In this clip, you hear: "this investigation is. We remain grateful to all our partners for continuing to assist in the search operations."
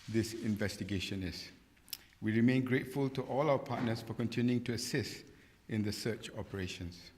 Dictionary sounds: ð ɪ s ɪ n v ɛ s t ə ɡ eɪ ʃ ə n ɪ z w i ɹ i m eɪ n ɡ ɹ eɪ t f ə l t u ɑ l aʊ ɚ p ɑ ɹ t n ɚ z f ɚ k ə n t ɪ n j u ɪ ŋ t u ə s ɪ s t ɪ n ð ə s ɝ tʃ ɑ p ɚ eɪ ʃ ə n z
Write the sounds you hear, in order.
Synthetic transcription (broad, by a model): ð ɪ s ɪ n v ɛ s t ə ɡ eɪ ʃ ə n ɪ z w i ɹ i m eɪ n ɡ ɹ eɪ t f ə l t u ɑ l aʊ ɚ p ɑ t n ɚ s f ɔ k ə n t ɪ n j u ɪ ŋ t u ə s ɪ s t ɪ n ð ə s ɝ tʃ ɑ p ɚ eɪ ʃ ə n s